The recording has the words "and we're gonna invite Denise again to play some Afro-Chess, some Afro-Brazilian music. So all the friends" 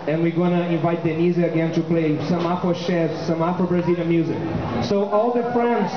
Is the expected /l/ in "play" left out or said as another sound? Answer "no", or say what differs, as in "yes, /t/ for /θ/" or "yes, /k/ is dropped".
no